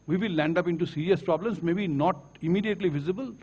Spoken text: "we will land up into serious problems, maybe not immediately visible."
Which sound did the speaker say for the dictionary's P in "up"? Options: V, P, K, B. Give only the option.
P